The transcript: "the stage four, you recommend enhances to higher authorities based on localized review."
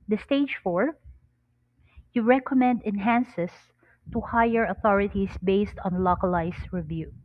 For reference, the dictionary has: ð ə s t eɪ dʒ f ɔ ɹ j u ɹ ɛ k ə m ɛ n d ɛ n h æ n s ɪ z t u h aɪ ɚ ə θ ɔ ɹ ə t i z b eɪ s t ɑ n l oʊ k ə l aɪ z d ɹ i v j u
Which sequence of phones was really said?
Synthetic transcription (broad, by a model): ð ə s t eɪ dʒ f ɔ ɹ j u ɹ ɛ k ə m ɛ n d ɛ n h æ n s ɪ s t u h aɪ ɚ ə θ ɔ ɹ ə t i s b eɪ s t ɑ n l oʊ k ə l aɪ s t ɹ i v j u